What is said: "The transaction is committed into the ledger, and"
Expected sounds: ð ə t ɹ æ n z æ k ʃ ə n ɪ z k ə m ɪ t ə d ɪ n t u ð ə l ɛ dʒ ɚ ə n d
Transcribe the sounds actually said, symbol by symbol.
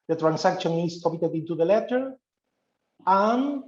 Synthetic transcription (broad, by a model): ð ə t ɹ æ n s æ k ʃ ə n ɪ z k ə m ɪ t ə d ɪ n t u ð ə l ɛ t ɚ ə n